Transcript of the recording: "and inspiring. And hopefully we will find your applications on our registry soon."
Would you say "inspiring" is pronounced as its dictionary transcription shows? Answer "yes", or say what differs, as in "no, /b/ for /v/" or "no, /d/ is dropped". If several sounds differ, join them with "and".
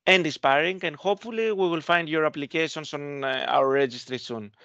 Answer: no, /n/ is dropped